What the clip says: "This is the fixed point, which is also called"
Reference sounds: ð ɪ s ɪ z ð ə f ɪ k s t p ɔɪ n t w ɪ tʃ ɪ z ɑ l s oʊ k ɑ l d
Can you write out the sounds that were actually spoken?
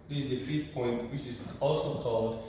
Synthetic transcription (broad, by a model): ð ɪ ɪ z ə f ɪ s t p ɔɪ n t w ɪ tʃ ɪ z ɑ l s oʊ k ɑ l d